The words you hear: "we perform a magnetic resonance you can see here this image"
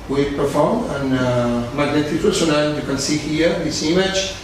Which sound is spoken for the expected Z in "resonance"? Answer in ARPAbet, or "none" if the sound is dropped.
S